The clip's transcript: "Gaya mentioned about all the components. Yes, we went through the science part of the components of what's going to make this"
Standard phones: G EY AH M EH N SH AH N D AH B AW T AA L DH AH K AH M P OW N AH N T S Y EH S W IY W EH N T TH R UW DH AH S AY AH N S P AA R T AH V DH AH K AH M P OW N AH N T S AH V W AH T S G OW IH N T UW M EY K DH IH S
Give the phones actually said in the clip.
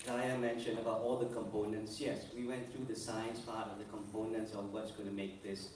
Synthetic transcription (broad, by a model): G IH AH M EH N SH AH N AH B AW T AA L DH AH K AH M P OW N AH N T S Y EH S W IY W EH N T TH R UW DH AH S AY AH N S P AA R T AH V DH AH K AH M P OW N AH N T S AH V W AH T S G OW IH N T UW M EY K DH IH S